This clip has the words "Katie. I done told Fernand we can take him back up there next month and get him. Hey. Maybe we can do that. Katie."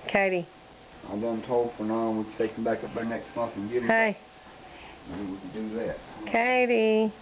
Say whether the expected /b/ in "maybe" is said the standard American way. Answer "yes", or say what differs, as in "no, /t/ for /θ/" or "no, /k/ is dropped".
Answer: no, /b/ is dropped